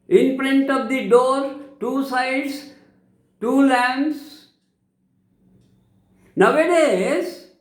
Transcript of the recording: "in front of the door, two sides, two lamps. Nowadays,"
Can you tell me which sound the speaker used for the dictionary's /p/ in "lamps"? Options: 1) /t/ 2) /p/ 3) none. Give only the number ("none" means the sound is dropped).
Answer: 3